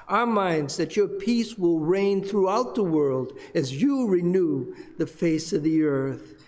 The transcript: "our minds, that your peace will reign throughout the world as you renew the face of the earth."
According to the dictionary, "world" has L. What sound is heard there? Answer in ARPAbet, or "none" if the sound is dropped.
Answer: L